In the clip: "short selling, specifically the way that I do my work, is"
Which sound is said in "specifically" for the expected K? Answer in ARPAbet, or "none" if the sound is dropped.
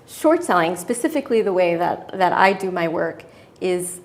K